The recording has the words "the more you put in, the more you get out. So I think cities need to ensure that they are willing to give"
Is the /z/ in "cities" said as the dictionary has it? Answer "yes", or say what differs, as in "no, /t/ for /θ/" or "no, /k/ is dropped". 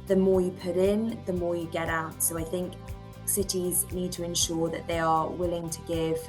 yes